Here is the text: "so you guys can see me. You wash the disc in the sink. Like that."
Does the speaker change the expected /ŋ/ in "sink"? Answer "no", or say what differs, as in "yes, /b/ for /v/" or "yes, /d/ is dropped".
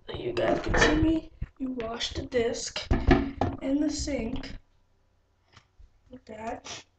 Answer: no